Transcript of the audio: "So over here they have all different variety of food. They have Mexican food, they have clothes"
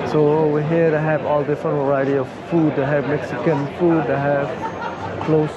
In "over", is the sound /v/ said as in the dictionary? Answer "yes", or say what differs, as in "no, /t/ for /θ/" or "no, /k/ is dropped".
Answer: no, /w/ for /v/